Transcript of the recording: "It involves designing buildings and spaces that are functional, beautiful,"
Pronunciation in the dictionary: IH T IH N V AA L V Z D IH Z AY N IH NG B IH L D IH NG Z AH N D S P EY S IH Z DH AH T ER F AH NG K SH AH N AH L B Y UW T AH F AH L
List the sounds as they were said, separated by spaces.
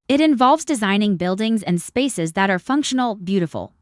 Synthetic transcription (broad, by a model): IH T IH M V AA L V Z D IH Z AY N IH NG B IH L D IH NG Z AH N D S P EY S IH Z DH AH T ER F AH NG K SH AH N L B Y UW T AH F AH L